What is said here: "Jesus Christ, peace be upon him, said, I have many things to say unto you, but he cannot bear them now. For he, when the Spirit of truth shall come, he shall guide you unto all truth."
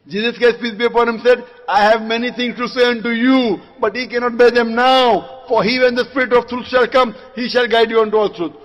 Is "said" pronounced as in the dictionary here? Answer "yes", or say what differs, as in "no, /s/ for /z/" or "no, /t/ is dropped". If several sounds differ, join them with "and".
yes